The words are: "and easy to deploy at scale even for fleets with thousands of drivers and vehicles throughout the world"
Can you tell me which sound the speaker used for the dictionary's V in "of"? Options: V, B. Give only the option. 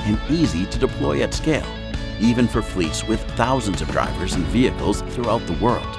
V